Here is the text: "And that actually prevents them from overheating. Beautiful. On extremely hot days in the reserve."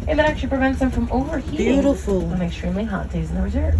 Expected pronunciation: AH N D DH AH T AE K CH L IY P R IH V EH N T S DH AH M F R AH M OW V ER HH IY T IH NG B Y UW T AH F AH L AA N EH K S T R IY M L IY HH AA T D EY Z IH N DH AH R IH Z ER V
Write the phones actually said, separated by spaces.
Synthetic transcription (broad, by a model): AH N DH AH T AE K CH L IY P R IH V EH N T S DH AH M F R AH M OW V ER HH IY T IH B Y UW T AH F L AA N EH K S T R IY M L IY HH AA T D EY Z IH N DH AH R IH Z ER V